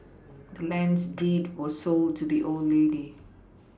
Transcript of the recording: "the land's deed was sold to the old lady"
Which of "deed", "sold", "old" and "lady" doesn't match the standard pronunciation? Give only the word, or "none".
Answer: none